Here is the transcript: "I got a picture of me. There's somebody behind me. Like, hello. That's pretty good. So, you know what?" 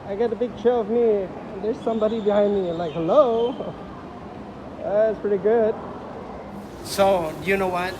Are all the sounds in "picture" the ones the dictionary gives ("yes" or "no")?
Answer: no